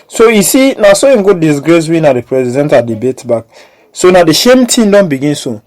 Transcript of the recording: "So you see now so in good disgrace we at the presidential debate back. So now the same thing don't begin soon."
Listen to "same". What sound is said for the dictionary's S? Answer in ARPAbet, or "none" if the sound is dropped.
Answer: SH